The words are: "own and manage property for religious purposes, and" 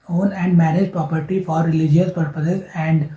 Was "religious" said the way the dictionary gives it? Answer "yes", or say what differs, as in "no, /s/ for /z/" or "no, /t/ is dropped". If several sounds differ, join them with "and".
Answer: yes